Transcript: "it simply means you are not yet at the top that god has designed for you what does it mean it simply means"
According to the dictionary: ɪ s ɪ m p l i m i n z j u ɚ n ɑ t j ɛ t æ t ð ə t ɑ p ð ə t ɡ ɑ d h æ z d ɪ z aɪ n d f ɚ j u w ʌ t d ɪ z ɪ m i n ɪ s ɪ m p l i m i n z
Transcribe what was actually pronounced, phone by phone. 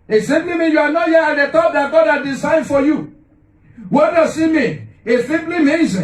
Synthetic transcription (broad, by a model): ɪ s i m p l i m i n j u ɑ n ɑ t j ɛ ɑ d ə t ɑ p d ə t ɡ ɑ d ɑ d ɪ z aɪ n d f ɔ j u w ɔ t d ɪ s ɪ m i ɪ s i m p l i m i n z